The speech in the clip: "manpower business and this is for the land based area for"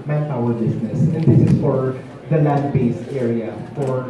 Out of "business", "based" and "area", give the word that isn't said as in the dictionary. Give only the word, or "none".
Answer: business